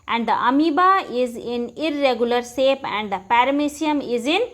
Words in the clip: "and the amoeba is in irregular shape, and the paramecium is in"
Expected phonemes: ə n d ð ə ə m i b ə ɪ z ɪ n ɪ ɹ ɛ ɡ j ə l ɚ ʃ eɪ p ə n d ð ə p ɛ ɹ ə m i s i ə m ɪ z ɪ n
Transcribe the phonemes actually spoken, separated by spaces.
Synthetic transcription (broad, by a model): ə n d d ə ə m i b ə ɪ z ɪ n ɪ ɹ ɛ ɡ j ə l ɚ s eɪ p ə n d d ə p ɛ ɹ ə m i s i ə m ɪ z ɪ n